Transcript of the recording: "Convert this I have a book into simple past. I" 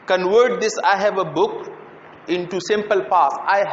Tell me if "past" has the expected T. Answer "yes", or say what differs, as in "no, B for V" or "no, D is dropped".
no, T is dropped